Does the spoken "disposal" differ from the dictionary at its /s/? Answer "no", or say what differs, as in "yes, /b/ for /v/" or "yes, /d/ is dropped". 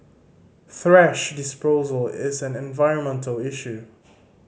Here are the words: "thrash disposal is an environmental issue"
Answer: no